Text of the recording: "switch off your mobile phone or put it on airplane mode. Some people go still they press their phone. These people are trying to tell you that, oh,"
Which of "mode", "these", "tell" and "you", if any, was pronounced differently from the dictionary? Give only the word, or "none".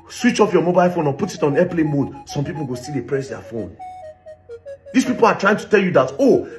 these